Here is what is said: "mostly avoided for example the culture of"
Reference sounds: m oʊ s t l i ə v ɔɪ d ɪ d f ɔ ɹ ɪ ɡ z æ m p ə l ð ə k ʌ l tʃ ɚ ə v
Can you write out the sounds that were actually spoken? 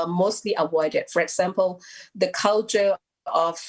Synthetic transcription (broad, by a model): m oʊ s t l i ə w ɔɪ d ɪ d f ɔ ɹ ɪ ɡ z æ m p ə l ð ə k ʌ l tʃ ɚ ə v